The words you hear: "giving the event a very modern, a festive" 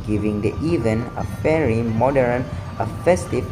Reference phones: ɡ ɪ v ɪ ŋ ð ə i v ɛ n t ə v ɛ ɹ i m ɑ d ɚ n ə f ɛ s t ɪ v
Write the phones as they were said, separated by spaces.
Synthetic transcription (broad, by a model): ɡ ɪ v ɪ ŋ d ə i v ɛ n ə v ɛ ɹ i m ɑ d ɚ n ə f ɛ s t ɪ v